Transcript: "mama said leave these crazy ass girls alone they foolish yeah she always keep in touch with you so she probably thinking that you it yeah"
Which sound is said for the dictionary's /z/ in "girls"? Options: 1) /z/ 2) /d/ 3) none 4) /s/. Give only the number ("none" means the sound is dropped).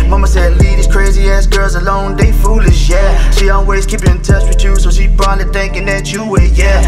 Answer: 1